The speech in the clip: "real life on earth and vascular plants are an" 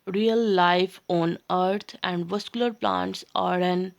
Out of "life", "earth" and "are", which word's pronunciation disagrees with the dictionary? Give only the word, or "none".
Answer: earth